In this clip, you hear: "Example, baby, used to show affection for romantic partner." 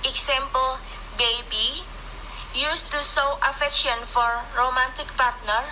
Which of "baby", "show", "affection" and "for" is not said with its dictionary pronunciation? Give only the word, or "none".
show